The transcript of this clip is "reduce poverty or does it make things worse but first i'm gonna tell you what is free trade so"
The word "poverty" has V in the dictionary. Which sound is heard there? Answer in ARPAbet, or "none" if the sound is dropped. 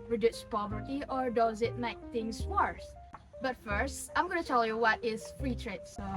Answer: V